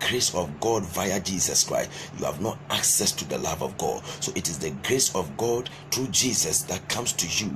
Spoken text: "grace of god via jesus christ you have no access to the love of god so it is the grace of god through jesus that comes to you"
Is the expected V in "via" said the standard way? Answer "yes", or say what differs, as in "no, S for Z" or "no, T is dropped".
yes